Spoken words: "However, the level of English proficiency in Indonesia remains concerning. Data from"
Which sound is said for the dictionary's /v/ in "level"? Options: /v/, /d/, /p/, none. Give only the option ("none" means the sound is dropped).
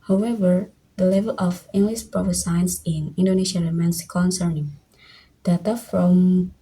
/v/